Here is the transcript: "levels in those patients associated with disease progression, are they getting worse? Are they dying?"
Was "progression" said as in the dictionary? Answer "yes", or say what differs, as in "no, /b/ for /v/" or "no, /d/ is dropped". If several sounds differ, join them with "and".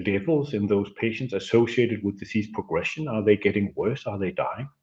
yes